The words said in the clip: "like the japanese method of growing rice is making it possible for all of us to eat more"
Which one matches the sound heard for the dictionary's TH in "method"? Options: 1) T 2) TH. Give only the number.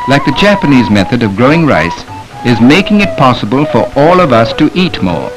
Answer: 2